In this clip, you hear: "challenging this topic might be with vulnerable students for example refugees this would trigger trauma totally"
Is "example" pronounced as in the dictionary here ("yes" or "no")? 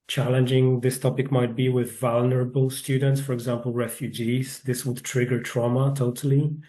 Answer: yes